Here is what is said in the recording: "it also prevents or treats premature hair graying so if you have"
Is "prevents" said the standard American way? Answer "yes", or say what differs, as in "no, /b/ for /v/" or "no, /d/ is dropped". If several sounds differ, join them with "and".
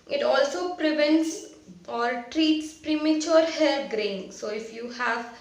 yes